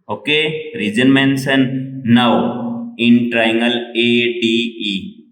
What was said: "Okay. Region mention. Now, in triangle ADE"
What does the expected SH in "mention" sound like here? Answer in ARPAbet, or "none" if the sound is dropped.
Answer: S